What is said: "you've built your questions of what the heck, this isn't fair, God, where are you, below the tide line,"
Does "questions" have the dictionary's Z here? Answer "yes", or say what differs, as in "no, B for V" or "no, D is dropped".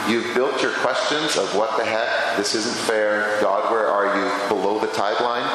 yes